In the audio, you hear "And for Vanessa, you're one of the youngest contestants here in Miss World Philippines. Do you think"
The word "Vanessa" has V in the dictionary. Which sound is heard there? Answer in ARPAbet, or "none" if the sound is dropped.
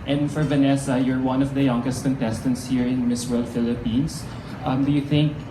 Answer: V